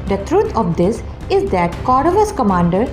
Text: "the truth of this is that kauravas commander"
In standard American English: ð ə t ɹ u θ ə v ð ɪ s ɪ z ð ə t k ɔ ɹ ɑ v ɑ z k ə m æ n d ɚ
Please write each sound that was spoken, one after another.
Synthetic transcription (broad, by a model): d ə t ɹ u t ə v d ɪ s ɪ z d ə t k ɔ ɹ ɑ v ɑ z k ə m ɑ n d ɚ